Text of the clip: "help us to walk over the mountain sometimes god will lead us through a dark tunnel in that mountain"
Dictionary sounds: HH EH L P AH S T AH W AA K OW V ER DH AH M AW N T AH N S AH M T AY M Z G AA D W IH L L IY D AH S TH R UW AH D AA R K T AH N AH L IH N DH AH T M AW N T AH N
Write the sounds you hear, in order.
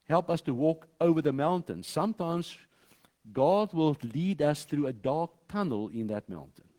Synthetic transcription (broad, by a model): HH EH L P AH S T AH W AA K OW V ER DH AH M AW N T AH N S AH M T AY M Z G AA D W IH L L IY D AH S TH R UW AH D AA R K T AH N AH L IH N DH AH T M AW N T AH N